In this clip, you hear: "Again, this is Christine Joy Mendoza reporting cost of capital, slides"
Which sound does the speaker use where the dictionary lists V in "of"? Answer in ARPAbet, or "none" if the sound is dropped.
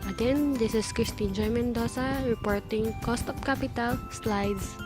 P